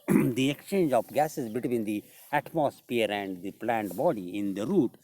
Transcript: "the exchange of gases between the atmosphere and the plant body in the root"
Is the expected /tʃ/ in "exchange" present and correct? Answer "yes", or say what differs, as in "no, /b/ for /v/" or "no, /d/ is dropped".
yes